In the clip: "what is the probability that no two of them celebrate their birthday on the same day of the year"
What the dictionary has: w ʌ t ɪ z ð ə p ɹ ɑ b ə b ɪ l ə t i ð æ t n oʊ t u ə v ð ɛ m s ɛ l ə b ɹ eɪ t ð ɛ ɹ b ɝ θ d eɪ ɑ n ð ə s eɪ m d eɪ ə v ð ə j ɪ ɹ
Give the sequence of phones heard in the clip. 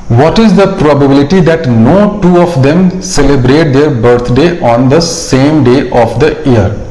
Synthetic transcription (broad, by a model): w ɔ t ɪ z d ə p ɹ ɑ b ə b ɪ l ə t i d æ t n oʊ t u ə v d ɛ m s ɛ l ə b ɹ eɪ t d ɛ ɹ b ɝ t d eɪ ɑ n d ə s eɪ m d eɪ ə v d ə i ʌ ɹ